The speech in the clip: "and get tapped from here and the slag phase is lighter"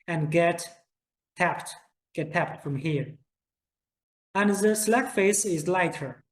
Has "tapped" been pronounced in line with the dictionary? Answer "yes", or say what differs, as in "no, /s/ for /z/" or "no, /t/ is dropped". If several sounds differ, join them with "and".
yes